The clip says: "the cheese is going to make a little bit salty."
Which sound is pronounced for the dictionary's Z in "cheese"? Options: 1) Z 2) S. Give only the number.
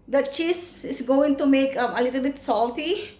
2